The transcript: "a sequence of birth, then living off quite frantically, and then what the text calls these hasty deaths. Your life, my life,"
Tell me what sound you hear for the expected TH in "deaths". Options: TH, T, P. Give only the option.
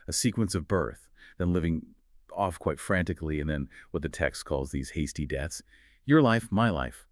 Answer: TH